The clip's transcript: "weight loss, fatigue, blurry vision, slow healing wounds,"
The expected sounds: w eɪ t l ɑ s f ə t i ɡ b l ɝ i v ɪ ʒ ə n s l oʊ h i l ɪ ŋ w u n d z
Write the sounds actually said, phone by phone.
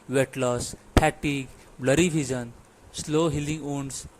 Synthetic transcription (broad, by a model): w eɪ t l ɑ s p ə t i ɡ b l ɝ i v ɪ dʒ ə n s l oʊ h i l ɪ ŋ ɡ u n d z